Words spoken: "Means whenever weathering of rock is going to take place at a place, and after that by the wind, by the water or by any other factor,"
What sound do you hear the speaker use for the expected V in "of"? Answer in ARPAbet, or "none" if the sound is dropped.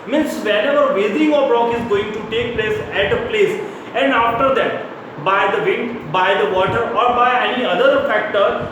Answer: B